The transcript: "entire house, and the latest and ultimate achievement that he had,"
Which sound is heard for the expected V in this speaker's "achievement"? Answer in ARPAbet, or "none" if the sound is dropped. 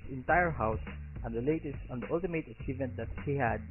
V